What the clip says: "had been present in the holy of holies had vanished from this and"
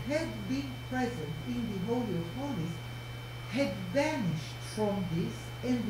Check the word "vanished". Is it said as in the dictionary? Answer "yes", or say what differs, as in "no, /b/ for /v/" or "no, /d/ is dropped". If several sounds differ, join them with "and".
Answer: yes